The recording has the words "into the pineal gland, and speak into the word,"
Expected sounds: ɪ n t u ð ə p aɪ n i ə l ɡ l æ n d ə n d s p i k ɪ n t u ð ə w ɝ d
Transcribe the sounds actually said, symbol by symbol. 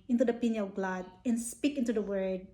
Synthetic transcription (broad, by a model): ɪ n t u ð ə p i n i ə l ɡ l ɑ d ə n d s p i k ɪ n t u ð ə w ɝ d